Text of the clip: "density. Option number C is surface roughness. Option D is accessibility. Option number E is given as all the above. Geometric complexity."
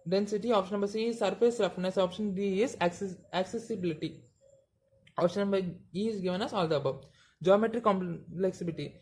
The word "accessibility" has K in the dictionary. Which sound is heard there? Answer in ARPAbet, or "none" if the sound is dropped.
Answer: K